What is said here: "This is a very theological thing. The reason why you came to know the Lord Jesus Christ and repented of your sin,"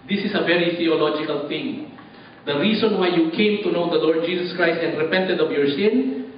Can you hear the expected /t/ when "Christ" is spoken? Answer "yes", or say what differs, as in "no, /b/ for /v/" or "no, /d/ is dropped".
yes